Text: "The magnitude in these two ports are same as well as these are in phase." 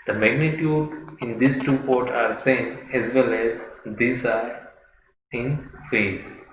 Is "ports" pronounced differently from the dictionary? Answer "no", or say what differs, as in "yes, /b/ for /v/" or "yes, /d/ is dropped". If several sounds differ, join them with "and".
yes, /s/ is dropped